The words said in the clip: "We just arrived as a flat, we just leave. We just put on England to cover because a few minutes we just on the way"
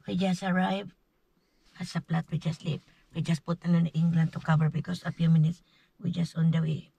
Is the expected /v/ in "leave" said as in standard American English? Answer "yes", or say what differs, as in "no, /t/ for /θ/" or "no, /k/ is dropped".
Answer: no, /p/ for /v/